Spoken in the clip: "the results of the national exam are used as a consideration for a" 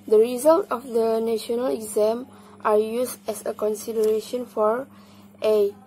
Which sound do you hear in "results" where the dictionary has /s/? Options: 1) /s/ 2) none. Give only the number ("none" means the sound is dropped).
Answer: 2